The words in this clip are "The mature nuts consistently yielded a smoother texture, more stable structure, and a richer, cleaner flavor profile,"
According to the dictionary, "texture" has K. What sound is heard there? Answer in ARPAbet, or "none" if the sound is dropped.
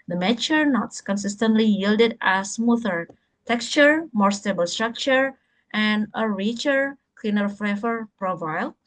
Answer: K